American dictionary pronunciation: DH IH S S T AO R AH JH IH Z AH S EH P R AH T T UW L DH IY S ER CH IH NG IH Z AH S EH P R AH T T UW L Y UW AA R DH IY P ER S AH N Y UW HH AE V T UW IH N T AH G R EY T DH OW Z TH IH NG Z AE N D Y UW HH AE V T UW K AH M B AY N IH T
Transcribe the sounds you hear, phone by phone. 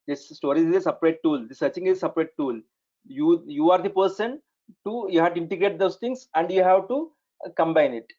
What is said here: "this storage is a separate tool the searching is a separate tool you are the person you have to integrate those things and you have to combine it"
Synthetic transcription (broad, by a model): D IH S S T AO R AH IH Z AH S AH P R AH T T UW L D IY S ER CH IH NG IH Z AH S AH P R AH T T UW L Y UW AA R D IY P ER S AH N Y UW HH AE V T UW IH N T AH G R EY T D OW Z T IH NG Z AE N D Y UW HH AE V T UW K AH M B AY N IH T